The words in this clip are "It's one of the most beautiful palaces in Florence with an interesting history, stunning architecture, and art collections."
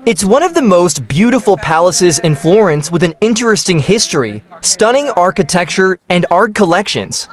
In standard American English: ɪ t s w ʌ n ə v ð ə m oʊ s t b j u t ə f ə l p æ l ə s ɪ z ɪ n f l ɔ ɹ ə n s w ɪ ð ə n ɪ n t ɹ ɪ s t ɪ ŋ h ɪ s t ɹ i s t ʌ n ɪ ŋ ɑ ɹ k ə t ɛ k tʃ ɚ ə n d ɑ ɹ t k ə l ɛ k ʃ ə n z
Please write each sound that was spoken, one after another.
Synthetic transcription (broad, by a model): ɪ t s w ʌ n ə v ð ə m oʊ s t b j u t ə f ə l p æ l ə s ɪ z ɪ n f l ɔ ɹ ə n s w ɪ ð ə n ɪ n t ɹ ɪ s t ɪ ŋ h ɪ s t ɹ i s t ʌ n ɪ ŋ ɑ ɹ k ə t ɛ k tʃ ɚ ə n d ɑ ɹ t k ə l ɛ k ʃ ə n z